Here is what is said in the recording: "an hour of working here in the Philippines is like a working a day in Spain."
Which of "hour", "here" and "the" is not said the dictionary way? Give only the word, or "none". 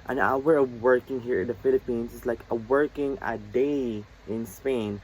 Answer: hour